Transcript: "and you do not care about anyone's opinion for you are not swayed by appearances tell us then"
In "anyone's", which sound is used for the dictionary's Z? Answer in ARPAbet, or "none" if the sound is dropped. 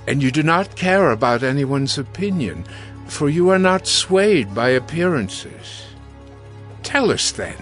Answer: Z